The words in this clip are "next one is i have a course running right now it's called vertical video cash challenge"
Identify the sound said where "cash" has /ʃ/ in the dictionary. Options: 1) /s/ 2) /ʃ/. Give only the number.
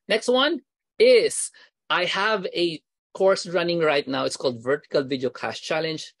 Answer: 1